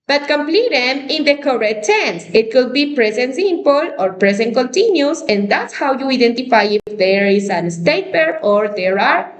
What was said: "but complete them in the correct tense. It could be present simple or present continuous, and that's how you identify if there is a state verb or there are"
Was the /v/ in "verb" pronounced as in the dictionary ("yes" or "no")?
no